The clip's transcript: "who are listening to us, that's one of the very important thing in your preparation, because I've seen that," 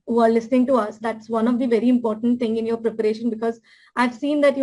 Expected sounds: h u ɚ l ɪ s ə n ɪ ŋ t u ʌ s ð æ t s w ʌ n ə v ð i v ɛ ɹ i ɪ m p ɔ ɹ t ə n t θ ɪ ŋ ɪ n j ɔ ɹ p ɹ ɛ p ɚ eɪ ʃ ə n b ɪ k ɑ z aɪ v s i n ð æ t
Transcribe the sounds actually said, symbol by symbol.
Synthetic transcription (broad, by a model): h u ɚ l ɪ s ə n ɪ ŋ t u ʌ s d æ t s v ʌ n ə v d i v ɛ ɹ i ɪ m p ɔ ɹ t ə n t t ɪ ŋ ɪ n j ɔ ɹ p ɹ ɛ p ɚ eɪ ʃ ə n b ɪ k ɑ z aɪ v s i n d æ t